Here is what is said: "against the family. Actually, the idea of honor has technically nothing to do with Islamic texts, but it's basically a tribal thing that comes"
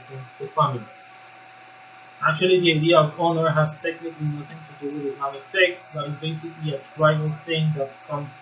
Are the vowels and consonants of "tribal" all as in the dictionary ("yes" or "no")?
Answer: no